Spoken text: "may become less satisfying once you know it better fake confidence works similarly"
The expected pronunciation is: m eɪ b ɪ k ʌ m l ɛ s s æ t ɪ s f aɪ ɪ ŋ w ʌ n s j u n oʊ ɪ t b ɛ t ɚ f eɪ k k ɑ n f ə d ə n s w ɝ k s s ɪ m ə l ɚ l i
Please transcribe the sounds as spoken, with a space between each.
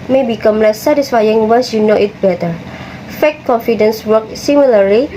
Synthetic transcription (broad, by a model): m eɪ b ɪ k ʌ m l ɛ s s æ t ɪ s f aɪ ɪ ŋ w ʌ s j u n oʊ ɪ t b ɛ t ɚ f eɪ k k ɑ n f ə d ə n s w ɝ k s s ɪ m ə l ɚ l i